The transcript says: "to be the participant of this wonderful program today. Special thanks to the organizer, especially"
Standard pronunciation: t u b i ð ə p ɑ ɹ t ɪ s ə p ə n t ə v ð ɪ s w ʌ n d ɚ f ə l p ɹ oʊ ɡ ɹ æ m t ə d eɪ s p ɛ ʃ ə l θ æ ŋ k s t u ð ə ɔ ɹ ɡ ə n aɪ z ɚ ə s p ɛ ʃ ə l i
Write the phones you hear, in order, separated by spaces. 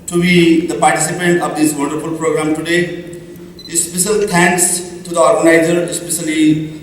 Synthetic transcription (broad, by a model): t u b i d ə p ɑ ɹ t ɪ s ə p ə n t ə v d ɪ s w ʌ n d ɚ f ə l p ɹ oʊ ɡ ɹ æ m t ə d eɪ s p ɛ ʃ ə l t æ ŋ k s t u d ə ɔ ɹ ɡ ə n aɪ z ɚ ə s p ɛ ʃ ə l i